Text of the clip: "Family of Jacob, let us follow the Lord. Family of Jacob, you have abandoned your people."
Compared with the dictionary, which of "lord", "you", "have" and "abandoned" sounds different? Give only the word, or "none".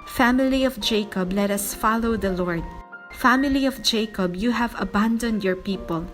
none